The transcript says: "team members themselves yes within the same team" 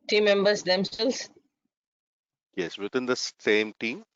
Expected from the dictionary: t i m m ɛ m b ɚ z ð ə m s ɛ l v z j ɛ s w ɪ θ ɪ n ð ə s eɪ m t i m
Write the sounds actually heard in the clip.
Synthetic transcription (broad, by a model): t i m m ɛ m b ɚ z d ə m s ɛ l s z j ɛ s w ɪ t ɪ n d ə s eɪ m t i m